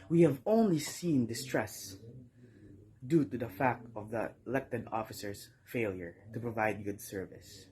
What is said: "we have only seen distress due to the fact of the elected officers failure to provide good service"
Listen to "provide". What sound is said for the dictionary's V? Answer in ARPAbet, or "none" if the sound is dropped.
V